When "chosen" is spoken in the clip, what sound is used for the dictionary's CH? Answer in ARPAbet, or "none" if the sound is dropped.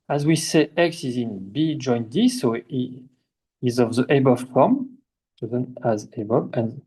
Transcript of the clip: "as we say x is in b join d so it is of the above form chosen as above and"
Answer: S